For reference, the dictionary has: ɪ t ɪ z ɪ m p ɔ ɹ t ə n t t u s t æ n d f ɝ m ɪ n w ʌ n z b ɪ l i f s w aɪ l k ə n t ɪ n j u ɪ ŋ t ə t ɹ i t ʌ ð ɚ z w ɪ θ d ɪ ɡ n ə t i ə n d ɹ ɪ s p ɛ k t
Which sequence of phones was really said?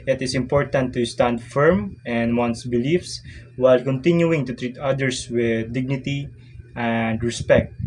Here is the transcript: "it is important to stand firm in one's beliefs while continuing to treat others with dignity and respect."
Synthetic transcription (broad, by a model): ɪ t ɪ s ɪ m p ɔ ɹ t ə n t t u s t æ n d f ɝ m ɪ n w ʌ n s b ɪ l i f s w aɪ l k ə n t ɪ n j u ɪ ŋ t ə t ɹ i t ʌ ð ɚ s w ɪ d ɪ ɡ n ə t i ə n d ɹ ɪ s p ɛ k t